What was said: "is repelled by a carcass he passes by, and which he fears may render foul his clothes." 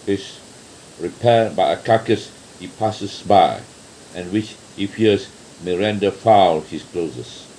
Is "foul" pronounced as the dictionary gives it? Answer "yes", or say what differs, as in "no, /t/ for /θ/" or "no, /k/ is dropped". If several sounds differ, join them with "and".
yes